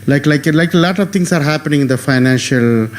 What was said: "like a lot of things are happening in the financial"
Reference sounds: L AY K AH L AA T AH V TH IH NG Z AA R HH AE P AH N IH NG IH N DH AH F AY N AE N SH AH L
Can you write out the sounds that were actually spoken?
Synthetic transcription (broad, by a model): L AY K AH L AA T AH V T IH NG S AA R HH AE P AH N IH NG IH N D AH F AY N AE N SH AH L